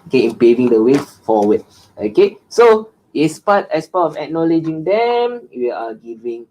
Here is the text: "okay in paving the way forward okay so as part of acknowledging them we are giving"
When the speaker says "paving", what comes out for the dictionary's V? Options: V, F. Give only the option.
V